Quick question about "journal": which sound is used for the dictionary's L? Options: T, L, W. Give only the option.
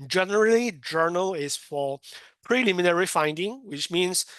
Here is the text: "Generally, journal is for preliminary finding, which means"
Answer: L